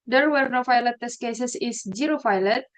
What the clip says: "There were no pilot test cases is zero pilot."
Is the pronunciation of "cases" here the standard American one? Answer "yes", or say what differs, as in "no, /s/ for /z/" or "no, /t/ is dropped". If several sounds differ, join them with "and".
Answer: no, /s/ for /z/